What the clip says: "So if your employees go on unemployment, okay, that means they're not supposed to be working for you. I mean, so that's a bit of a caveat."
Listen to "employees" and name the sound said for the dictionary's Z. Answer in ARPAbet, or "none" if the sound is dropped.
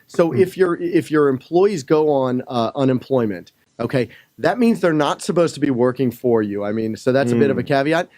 Z